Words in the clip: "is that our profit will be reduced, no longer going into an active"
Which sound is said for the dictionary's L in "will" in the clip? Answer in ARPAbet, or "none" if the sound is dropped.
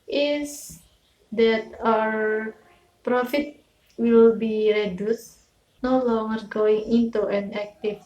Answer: L